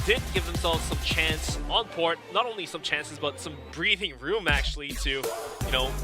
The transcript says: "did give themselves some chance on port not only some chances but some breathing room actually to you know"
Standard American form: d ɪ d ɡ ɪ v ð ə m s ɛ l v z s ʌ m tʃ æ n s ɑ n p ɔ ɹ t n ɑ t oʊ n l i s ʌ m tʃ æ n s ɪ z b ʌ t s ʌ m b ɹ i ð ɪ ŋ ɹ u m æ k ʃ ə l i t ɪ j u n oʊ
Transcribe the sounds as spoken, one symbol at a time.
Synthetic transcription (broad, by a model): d ɪ d ɡ ɪ v ð ə m s ɛ l v z s ʌ m tʃ æ n s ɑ n p ɔ ɹ t n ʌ t oʊ n l i s ʌ m tʃ æ n s ɪ z b ʌ t s ʌ m b ɹ i ð ɪ ŋ ɹ u m æ k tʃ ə l i t ɪ j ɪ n oʊ